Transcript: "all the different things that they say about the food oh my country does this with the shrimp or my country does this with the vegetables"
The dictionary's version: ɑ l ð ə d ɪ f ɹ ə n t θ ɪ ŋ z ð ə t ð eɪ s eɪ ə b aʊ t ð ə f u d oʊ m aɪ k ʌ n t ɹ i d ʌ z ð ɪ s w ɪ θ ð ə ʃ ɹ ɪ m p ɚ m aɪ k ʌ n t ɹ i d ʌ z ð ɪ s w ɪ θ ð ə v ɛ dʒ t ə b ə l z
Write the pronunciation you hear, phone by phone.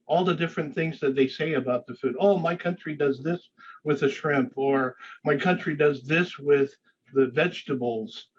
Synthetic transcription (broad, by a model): ɑ l ð ə d ɪ f ɹ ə n θ ɪ ŋ z ð ə t ð eɪ s eɪ ə b aʊ t ð ə f u d oʊ m aɪ k ʌ n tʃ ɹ i d ʌ z ð ɪ s w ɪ ð ə ʃ ɹ ɪ m p ɚ m aɪ k ʌ n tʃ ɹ i d ʌ z ð ɪ s w ɪ ð ə v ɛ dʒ t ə b l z